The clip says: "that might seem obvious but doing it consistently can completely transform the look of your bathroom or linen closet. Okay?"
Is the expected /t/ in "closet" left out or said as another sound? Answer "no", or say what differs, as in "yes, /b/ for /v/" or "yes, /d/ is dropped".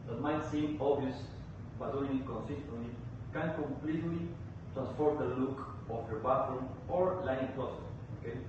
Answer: yes, /t/ is dropped